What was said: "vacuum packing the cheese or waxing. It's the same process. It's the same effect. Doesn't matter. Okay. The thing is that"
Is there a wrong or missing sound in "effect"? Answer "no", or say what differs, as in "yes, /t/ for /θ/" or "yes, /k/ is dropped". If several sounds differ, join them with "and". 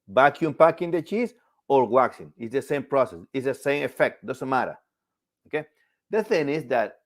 no